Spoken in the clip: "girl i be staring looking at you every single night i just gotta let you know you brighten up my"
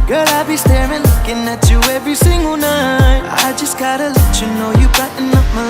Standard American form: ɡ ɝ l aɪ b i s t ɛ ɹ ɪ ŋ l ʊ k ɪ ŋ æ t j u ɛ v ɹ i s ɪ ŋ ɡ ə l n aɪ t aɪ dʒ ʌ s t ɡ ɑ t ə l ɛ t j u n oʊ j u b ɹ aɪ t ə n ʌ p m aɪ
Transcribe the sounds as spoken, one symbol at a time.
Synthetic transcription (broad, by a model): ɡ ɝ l aɪ b i s t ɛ ɹ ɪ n l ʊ k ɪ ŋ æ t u ɛ v ɹ i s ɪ ŋ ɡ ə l n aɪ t aɪ dʒ ʌ s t ɡ ɑ t ə l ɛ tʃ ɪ n oʊ j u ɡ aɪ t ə n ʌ f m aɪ